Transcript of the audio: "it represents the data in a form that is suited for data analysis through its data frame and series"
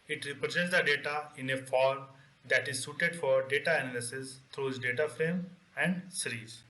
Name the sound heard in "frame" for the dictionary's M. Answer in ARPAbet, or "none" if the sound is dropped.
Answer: M